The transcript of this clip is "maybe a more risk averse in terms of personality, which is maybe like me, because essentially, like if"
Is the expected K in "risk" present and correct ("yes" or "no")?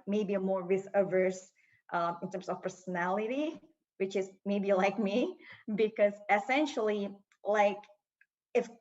no